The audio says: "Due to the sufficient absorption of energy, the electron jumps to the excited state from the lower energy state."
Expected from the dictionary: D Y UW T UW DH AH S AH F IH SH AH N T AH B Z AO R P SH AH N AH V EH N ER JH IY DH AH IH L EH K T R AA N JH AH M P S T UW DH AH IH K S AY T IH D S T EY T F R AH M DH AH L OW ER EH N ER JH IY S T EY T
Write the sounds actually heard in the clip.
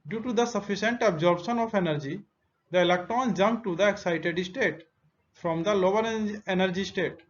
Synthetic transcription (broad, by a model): D Y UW T UW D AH S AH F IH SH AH N T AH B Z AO R B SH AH N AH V EH N ER JH IY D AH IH L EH K T R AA N JH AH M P T UW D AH IH K S AY T IH D S T EY T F R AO M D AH L OW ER EH N ER JH IY S T EY T